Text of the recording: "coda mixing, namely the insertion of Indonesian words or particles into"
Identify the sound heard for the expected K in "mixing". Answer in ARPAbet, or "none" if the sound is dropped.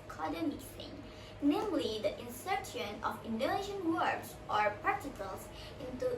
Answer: none